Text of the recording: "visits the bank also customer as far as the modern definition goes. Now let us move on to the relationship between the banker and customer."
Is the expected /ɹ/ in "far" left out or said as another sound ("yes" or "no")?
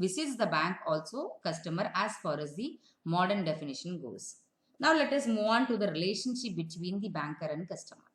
no